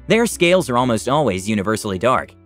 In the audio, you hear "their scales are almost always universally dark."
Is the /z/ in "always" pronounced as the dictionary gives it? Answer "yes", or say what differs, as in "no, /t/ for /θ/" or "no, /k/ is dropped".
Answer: yes